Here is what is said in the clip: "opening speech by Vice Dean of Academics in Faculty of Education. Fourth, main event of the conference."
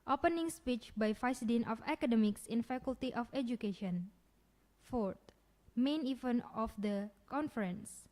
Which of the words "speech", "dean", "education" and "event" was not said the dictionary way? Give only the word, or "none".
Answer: event